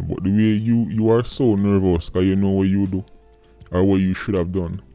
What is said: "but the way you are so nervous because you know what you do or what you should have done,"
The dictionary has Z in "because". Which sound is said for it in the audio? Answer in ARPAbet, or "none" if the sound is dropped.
none